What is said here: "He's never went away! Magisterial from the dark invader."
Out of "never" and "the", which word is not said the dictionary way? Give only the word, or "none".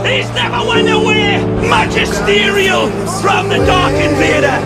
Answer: never